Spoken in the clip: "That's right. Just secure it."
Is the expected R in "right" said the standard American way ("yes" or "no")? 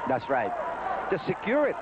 yes